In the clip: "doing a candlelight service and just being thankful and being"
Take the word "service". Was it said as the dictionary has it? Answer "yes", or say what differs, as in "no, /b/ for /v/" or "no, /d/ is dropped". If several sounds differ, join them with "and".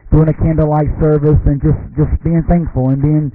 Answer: yes